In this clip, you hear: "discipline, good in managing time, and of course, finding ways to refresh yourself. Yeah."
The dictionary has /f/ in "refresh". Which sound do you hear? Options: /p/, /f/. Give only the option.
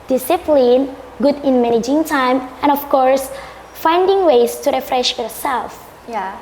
/f/